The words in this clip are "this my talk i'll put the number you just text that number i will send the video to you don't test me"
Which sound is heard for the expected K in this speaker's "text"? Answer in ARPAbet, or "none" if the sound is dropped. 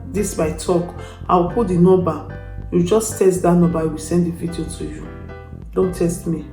none